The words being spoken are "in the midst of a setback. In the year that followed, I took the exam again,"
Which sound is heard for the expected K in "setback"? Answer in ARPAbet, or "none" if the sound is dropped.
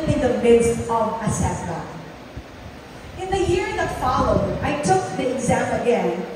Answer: none